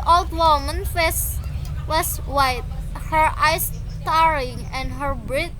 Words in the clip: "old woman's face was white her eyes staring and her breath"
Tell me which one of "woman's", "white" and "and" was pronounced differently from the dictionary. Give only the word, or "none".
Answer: woman's